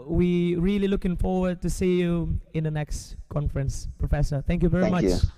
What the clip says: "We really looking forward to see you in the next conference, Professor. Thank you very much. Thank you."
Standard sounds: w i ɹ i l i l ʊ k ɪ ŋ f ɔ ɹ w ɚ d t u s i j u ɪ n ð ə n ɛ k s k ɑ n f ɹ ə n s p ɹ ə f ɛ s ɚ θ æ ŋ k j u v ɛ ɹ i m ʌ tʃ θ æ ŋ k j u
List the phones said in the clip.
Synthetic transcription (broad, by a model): w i ɹ i l i l ʊ k ɪ ŋ f ɔ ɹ w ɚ d t u s i j u ɪ n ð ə n ɛ k s k ɑ n f ɹ ə n s p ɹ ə f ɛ s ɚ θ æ ŋ k j u v ɛ ɹ i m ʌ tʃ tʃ